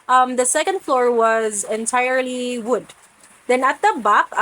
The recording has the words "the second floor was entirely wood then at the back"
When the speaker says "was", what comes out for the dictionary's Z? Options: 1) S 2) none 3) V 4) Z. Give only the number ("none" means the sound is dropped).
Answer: 4